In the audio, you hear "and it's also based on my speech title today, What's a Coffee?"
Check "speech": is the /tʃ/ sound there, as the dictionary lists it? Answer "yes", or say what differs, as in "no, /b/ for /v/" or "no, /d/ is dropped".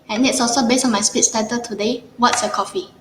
no, /s/ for /tʃ/